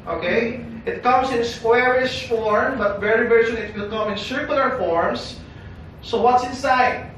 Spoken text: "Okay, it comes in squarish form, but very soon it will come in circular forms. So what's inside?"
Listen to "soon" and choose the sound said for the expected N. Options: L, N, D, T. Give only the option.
L